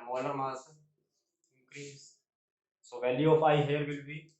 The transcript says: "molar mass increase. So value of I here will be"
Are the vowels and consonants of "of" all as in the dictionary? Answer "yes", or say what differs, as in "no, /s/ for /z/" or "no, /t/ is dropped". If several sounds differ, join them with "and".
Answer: no, /p/ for /v/